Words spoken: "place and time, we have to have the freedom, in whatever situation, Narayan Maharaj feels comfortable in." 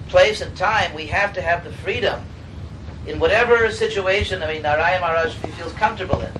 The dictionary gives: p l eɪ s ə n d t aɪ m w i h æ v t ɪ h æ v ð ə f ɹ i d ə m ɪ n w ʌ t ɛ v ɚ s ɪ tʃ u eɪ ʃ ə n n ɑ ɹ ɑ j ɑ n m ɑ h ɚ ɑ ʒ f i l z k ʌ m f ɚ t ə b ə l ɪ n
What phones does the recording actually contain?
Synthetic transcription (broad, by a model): p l eɪ s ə n t aɪ m w i h æ f t ɪ v ð ə f ɹ i d ə m ɪ n w ʌ t ɛ v ɚ s ɪ tʃ u eɪ ʃ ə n n ɑ ɪ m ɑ n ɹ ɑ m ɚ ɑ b f i l z k ʌ m f t ə b l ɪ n